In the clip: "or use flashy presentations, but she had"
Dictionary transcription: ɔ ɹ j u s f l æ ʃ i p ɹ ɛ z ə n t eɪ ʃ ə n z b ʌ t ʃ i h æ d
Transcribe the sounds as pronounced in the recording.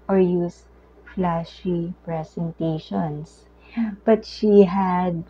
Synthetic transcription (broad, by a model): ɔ ɹ j u s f l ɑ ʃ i p ɹ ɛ s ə n t eɪ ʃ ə n s b ʌ t ʃ i h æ d